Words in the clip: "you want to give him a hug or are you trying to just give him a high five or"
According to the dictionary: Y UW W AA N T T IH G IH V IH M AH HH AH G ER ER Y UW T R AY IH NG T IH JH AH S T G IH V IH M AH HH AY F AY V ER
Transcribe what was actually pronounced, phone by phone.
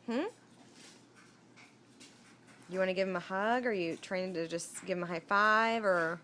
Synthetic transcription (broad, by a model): Y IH W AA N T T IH G IH V IH M AH HH AH G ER ER Y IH T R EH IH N T IH JH AH S T G IH V IH M AH HH AY F AY V ER